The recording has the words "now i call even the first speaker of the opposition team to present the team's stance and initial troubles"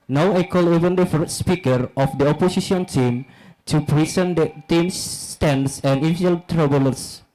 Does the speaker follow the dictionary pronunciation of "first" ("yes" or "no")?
no